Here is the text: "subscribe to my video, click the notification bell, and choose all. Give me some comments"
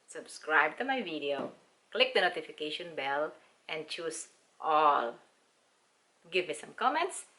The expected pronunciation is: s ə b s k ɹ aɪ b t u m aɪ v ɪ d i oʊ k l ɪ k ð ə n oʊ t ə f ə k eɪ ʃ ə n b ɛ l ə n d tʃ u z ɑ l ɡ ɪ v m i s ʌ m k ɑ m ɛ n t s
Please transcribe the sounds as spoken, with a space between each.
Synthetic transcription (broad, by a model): s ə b s k ɹ aɪ b t u m aɪ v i d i oʊ k l ɪ k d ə n oʊ t ə f ə k eɪ ʃ ə n b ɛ l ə n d tʃ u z ɑ l ɡ ɪ v m i s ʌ m k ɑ m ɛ n t s